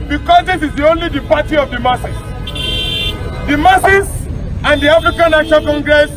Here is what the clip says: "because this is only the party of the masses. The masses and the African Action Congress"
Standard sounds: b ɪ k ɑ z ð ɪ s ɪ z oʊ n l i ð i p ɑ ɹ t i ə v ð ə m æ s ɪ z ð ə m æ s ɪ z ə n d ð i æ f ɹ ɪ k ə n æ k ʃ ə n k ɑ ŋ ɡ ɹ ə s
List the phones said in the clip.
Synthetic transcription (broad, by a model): b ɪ k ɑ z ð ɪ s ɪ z oʊ n l i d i p ɑ t i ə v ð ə m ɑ s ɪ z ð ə m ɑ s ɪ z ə n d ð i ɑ f ɹ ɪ k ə n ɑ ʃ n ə l k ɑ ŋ ɡ ɹ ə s